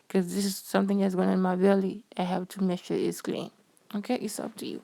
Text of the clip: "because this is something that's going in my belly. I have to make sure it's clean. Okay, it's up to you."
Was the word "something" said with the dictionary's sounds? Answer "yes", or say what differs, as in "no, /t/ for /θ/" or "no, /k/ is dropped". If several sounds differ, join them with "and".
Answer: yes